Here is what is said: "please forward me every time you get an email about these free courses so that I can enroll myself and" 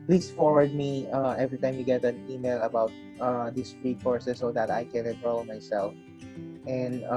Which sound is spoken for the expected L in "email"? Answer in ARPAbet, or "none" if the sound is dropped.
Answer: L